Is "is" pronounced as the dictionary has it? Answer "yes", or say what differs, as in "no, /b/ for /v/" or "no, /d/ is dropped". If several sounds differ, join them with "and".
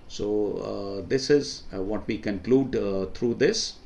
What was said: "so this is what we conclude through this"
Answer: yes